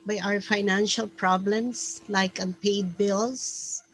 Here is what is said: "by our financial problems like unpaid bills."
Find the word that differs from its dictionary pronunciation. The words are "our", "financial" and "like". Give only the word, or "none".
none